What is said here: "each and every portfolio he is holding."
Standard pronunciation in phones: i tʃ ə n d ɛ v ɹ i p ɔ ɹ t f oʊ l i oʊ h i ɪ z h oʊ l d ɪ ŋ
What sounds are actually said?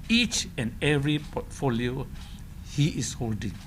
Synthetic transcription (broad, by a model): i tʃ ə n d ɛ v ɹ i p ɔ t f oʊ l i oʊ h i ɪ s h oʊ l d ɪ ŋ